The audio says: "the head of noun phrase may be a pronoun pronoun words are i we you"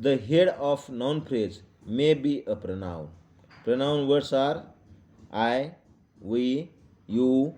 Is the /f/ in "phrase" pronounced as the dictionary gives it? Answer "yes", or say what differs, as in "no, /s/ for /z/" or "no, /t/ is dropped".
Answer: no, /p/ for /f/